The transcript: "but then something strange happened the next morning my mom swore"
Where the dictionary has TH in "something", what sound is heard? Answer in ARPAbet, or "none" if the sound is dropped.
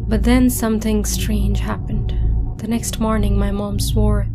TH